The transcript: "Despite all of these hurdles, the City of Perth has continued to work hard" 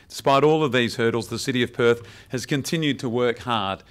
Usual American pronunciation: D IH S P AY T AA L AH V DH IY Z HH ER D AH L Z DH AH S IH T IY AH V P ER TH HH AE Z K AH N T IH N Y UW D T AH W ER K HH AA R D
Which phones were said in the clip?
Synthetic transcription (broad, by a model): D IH S P AY T AA L AH V DH IY Z HH ER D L Z DH AH S IH T IY AH V P ER TH HH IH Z K AH N T IH N Y UW D T AH W ER K HH AA R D